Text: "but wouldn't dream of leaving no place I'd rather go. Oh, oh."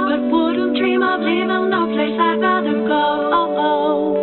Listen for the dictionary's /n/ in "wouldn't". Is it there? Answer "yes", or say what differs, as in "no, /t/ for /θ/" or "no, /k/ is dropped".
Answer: no, /n/ is dropped